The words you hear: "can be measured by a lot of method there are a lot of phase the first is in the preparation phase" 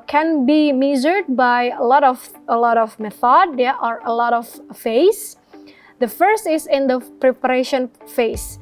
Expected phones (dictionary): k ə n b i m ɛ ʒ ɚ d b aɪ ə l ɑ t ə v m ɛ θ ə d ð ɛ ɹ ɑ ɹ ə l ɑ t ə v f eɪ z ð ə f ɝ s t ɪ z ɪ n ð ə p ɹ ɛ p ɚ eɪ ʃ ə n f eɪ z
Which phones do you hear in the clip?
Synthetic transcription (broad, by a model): k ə n b i m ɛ z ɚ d b aɪ ə l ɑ t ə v m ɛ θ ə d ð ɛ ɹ ɑ ɹ ə l ɑ t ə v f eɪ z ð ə f ɝ s t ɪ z ɪ n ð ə p ɹ ɛ p ɚ eɪ ʃ ə n f eɪ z